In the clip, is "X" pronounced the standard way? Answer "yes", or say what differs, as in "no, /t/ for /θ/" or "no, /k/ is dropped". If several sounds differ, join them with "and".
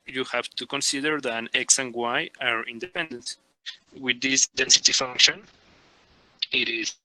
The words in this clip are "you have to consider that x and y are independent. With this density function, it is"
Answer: yes